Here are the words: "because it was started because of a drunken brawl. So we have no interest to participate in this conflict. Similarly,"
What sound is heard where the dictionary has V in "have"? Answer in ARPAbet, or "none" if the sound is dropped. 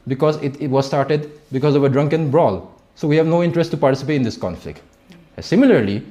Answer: V